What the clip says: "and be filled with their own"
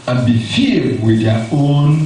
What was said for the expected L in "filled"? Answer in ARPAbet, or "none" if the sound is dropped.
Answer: none